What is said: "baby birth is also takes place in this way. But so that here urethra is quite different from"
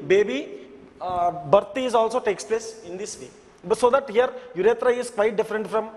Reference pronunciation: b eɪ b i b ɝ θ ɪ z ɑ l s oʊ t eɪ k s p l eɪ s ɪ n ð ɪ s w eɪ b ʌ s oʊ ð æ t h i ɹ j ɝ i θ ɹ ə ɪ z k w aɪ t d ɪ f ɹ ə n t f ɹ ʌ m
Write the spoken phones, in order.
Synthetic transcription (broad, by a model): b eɪ b i b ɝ t ɪ z ɑ l s oʊ t eɪ k s p l eɪ s ɪ n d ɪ s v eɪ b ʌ s oʊ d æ t h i ɹ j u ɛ t ɹ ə ɪ z k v aɪ t d ɪ f ɹ ə n t f ɹ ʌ m